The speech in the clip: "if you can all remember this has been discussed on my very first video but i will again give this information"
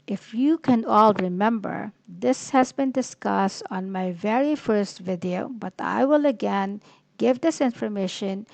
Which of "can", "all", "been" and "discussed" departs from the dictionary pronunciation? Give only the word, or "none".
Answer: none